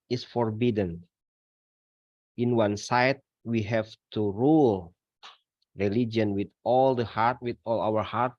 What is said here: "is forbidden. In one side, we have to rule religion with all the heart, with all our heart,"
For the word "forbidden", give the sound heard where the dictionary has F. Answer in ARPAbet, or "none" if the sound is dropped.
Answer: F